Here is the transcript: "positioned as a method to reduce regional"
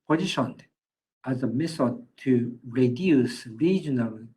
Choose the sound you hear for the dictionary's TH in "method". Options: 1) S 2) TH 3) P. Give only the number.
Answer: 1